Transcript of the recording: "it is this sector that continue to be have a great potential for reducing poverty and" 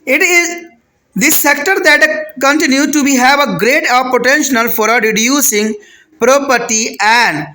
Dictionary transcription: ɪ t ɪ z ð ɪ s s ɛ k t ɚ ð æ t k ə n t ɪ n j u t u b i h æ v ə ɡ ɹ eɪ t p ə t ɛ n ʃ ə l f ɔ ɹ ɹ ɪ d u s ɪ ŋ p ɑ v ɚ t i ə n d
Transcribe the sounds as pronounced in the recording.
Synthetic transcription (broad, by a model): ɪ t ɪ z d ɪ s s ɛ k t ɚ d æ t k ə n t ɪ n j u t u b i h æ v ə ɡ ɹ eɪ t p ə t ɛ n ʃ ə l f ɔ ɹ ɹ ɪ d u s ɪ ŋ p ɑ p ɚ t i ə n d